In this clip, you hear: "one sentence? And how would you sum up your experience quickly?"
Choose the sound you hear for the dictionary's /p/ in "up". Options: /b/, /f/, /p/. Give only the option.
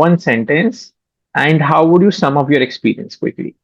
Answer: /f/